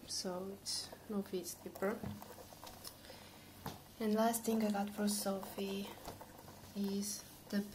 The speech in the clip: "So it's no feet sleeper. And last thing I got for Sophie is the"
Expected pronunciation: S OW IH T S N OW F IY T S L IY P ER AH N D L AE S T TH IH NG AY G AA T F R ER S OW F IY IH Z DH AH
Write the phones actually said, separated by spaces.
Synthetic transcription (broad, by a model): S OW IH T S N OW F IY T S IY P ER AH N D L AE S T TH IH NG AY G AA T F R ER S OW F IY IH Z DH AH